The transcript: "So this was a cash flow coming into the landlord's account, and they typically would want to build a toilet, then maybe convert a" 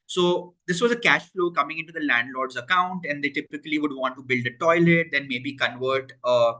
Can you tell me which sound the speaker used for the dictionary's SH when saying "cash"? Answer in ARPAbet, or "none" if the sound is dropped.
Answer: SH